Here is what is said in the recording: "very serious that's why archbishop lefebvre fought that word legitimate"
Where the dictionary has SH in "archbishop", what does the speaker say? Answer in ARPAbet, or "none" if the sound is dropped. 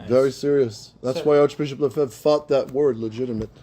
SH